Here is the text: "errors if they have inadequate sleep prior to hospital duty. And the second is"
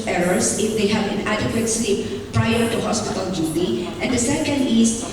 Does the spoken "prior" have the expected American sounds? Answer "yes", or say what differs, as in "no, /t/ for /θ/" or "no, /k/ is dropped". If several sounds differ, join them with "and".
yes